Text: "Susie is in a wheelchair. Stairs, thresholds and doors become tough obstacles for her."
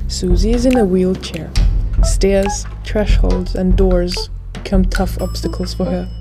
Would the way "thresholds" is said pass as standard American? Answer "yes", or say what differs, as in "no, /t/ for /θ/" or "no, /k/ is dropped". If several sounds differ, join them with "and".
no, /t/ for /θ/